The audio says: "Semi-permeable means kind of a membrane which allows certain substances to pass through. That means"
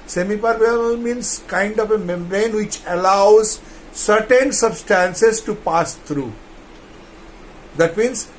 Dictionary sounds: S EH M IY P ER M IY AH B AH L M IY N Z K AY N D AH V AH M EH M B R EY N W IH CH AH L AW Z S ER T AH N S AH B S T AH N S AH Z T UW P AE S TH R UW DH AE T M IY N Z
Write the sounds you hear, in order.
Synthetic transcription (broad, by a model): S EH M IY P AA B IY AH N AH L M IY N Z K AY N D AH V AH M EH M R EY N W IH CH AH L AW Z S ER T AH N S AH B S T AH N S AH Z T UW P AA S T R UW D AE T M IY N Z